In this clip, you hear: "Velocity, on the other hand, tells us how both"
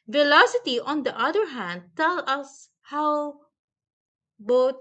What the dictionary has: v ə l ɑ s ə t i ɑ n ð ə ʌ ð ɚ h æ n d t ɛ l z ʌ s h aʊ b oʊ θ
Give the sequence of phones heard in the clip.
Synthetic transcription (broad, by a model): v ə l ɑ s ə t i ɑ n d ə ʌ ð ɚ h æ n d t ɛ l ʌ s h aʊ b oʊ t